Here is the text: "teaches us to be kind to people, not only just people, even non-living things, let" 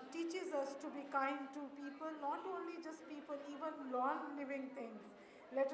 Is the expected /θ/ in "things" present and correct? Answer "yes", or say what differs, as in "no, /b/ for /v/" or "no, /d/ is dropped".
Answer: no, /t/ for /θ/